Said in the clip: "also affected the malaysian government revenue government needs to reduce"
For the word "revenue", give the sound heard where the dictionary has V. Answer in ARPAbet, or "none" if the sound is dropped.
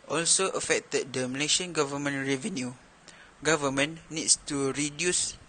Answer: V